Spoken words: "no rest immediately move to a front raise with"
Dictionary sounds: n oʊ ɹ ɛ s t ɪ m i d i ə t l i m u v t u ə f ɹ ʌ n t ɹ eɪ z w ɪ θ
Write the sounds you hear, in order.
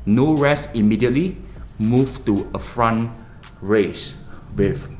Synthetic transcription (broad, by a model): n oʊ ɹ ɛ s ɪ m i d i ə t l i m u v t u ə f ɹ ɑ n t ɹ eɪ s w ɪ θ